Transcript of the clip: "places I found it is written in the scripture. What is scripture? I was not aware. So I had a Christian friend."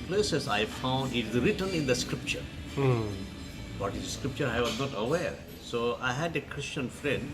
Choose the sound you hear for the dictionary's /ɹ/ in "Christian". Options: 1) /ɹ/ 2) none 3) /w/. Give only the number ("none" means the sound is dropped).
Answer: 1